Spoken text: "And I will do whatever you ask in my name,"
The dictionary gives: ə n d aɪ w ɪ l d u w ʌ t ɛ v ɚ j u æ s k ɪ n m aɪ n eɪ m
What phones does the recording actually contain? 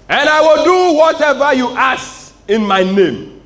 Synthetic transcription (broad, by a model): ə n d aɪ w ɪ l d u w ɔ t ɛ v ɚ j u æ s ɪ n m aɪ n eɪ m